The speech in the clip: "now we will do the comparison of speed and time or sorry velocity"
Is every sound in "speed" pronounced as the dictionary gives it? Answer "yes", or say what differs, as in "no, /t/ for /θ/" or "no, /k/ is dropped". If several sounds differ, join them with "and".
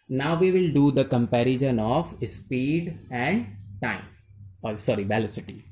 yes